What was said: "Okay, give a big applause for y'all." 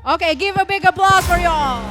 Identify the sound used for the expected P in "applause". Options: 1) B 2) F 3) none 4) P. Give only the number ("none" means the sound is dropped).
1